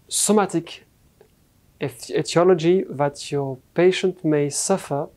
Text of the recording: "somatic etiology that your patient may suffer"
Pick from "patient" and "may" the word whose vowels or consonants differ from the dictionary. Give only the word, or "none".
none